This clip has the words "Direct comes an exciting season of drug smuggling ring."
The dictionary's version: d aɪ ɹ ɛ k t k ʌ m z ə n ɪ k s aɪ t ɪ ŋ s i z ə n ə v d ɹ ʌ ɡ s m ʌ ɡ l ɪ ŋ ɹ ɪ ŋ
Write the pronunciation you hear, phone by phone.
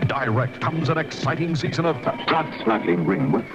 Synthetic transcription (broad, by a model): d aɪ ɹ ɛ k t k ʌ m z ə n ɪ k s aɪ t ɪ ŋ s i z ə n ə v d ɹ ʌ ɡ s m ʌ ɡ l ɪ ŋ ɹ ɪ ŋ